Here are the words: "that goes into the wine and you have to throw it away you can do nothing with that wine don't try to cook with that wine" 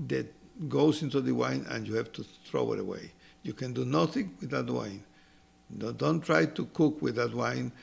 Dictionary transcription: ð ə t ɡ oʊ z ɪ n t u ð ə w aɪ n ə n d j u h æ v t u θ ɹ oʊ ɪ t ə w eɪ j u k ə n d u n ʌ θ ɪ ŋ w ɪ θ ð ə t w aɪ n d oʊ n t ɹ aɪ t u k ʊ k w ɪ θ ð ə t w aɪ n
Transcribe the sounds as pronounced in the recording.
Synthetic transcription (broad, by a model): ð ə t ɡ oʊ s ɪ n t u ð ə w aɪ n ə n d j u h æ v t u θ ɹ oʊ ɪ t ə w eɪ j u k ə n d u n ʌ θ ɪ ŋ w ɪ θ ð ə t w aɪ n d oʊ n t ɹ aɪ t u k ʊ k w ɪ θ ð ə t w aɪ n